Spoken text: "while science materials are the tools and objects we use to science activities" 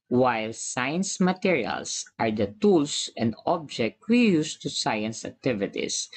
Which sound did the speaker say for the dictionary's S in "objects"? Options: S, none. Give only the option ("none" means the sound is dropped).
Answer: none